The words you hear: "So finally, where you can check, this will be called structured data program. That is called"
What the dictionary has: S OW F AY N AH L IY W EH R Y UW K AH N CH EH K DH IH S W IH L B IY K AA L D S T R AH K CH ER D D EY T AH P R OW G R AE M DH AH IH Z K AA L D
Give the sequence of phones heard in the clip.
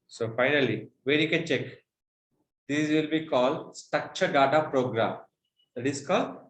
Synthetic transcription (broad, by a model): S OW F AY N AH L IY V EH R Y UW K AH N CH EH K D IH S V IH L B IY K AA L D S T AH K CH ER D D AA T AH P R OW G R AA M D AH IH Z K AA L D